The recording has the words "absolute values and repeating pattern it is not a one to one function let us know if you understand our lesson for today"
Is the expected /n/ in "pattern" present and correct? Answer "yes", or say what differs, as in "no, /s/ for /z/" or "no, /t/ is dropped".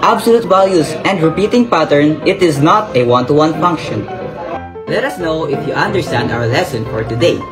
yes